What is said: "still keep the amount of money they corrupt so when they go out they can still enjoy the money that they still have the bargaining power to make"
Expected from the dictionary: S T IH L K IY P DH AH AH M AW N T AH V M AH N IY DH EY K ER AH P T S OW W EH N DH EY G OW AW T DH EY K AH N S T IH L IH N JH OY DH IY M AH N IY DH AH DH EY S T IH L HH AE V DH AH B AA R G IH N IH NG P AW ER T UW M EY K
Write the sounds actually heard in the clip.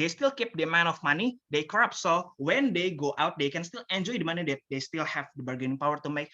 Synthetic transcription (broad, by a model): S T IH L K IY P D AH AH M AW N AH F M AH N IY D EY K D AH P S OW W EH N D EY G OW AW T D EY K AH N S T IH L IH N JH OY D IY M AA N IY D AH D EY S T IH L HH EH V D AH B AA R G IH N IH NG P AW ER T UW M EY K